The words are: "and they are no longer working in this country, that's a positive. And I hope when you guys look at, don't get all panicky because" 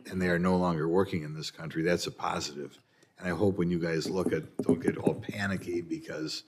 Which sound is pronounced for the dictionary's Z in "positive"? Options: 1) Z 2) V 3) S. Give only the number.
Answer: 1